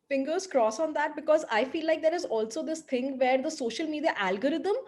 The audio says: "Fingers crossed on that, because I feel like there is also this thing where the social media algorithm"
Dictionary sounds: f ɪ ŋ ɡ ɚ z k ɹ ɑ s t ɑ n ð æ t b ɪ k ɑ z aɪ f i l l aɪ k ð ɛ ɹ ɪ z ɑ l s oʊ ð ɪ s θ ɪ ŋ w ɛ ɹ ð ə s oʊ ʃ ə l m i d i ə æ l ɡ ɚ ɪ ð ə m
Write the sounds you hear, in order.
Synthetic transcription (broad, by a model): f ɪ ŋ ɡ ɚ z k ɹ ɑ s ɑ n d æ t b ɪ k ɑ z aɪ f i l l aɪ k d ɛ ɹ ɪ z ɑ l s oʊ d ɪ s t ɪ ŋ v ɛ ɹ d ə s oʊ ʃ ə l m i d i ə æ l ɡ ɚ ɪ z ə m